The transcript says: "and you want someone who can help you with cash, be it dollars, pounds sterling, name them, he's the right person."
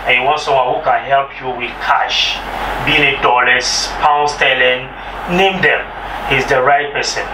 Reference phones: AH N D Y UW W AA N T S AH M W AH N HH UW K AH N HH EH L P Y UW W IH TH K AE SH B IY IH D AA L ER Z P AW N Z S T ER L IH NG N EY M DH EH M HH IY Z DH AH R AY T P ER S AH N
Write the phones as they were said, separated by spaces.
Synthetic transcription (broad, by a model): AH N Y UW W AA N S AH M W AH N HH UW K AH N HH EH L P Y UW W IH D K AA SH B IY IH D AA L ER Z P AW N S T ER L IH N N EY M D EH M HH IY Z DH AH R AY T P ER S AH N